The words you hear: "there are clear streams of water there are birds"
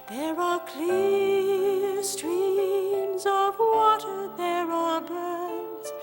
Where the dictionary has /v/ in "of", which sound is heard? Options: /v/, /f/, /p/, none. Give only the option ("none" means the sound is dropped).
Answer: /v/